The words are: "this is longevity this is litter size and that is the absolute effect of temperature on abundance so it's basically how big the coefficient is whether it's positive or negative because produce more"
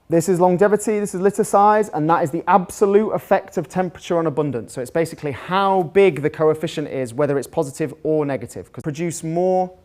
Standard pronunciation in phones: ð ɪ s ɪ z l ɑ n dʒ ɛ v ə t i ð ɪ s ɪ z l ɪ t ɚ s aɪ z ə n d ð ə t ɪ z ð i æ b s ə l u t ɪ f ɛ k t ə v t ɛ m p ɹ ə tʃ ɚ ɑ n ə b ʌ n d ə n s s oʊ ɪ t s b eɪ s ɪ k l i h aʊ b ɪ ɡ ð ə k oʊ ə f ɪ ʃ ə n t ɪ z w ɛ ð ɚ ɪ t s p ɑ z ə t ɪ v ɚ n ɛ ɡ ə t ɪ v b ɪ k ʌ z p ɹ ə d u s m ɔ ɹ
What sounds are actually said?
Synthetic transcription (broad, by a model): ð ɪ s ɪ z l ɑ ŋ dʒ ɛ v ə t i ð ɪ s ɪ z l ɪ t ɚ s aɪ z ə n ð ə t ɪ z ð i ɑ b s ə l u t ɪ f ɛ k t ə v t ɛ m p ɹ ə tʃ ɚ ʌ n ə b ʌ n d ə n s s oʊ ɪ t s b eɪ s ɪ k l i h aʊ b ɪ ɡ ð ə k oʊ ə f ɪ ʃ ə n t ɪ z w ɛ ð ɚ ɪ t s p ɑ z ə t ɪ v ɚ n ɛ ɡ ə t ɪ v k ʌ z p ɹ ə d u s m ɔ